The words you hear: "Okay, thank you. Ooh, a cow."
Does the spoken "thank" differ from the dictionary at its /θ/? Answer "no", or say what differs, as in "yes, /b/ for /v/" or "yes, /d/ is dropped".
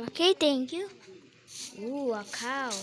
yes, /t/ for /θ/